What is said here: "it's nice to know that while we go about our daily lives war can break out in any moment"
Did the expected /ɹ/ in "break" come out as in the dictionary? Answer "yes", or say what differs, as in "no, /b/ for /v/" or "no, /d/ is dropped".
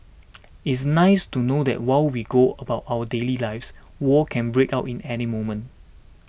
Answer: yes